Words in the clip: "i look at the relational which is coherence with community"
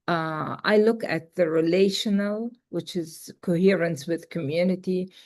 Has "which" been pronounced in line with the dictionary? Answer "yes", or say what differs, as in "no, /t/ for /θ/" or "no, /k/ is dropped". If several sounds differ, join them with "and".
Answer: yes